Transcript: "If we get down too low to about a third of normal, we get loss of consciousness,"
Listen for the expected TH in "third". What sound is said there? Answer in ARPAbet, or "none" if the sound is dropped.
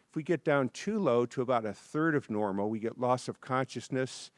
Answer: TH